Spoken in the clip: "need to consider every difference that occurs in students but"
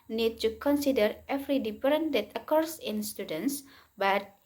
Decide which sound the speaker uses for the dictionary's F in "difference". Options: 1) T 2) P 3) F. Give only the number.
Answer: 2